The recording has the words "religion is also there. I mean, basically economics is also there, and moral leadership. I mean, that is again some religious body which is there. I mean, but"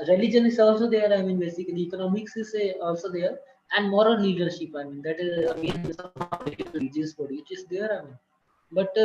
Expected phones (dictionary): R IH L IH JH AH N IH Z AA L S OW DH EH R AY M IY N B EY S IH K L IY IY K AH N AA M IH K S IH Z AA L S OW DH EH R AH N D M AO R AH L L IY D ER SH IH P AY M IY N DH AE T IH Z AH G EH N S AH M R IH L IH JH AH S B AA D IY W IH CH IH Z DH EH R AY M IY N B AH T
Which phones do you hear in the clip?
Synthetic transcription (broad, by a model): R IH L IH JH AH N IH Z AA L S OW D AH R AY M IY N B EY S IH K IY IY K AH N AA M IH K S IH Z AA L S OW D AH R AH N D M AO R AH L L IY D ER SH IH P AY M IY N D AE T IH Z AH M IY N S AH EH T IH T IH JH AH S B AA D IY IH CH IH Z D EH R AY M IY N B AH T